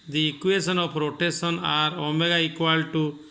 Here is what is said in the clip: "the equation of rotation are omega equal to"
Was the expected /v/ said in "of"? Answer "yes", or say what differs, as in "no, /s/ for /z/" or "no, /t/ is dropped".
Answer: no, /p/ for /v/